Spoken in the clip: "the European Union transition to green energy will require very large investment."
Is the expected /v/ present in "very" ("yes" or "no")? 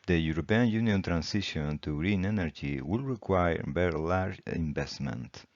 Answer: no